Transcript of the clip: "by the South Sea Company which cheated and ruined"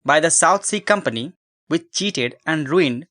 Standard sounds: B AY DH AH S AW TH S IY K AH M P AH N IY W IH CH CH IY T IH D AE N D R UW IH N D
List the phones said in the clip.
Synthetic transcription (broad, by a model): B AY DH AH S AW T S IY K AH M P AH N IY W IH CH CH IY T IH D AE N D R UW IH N D